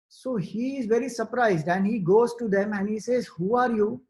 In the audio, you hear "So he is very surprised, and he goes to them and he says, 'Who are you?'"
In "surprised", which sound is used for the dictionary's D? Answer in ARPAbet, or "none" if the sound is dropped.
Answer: D